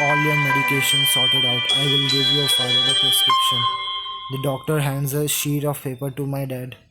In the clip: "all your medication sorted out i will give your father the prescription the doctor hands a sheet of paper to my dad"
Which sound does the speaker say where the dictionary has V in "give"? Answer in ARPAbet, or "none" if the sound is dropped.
V